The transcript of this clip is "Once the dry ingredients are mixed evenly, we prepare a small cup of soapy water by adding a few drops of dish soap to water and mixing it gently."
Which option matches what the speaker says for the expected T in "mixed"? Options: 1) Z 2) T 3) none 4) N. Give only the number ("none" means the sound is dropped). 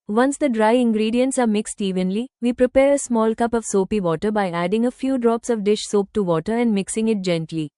2